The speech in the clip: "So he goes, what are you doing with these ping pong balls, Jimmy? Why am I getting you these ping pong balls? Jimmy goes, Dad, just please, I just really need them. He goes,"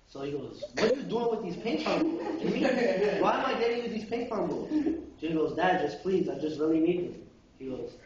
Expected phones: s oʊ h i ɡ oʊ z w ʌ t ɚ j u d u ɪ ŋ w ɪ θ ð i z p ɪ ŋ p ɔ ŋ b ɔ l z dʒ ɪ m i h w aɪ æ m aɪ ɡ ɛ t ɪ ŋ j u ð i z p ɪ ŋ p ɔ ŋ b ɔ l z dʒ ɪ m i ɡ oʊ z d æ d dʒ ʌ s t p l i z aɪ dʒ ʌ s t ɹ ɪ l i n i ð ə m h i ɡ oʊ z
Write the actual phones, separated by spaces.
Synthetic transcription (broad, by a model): s oʊ h i ɡ oʊ z w ʌ t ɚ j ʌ d u ɪ ŋ w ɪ ð i z p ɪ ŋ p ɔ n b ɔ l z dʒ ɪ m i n w aɪ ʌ m aɪ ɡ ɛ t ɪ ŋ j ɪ ð i z p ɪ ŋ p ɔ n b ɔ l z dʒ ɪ i ɡ oʊ z d æ d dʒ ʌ s p l i z aɪ dʒ ʌ s t ɹ ɪ l i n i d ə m h i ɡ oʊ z